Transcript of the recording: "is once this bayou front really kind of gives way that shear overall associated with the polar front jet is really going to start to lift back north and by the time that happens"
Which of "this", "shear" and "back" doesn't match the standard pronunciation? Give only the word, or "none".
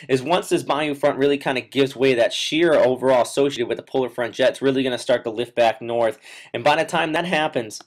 none